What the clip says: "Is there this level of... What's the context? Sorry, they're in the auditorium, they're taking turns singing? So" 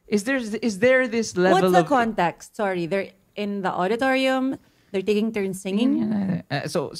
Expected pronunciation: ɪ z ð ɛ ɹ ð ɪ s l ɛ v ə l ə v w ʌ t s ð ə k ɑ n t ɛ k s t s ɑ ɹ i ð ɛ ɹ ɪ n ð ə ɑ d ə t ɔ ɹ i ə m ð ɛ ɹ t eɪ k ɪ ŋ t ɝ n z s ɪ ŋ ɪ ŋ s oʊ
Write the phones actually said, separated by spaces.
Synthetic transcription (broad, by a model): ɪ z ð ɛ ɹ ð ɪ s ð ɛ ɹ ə l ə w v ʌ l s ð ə k ɑ n t ɛ k s t s ɑ ɹ i ð ɛ ɹ ɪ n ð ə ɑ d ə t ɔ ɹ i ə m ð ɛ ɹ t eɪ k ɪ ŋ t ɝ n s ɪ ŋ ɪ ŋ s oʊ